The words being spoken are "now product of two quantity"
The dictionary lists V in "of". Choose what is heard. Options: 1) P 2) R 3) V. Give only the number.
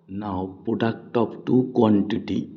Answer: 1